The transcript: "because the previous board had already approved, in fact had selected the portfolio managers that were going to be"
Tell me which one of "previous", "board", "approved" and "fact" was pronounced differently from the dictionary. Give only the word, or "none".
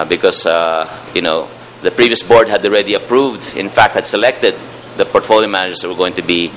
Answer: none